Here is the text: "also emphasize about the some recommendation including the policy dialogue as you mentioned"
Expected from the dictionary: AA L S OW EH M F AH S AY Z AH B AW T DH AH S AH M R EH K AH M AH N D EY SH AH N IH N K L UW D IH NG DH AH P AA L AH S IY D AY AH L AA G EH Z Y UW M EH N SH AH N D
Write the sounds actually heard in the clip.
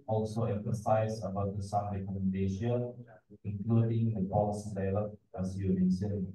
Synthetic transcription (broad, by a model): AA L S OW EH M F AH S AY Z AH B AW T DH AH S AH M R EH K AH M AH N D EY SH AH N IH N K L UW D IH NG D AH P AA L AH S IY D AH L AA EH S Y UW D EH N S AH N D